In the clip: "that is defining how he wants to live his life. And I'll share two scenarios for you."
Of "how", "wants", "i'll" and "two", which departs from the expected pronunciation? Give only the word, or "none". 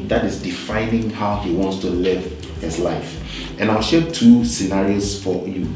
none